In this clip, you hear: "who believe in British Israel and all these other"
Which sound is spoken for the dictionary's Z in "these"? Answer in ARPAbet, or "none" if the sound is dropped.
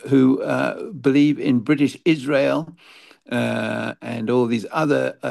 Z